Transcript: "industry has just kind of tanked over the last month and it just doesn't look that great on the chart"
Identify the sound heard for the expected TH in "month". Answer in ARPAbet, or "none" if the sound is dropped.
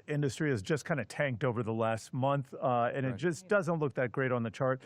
TH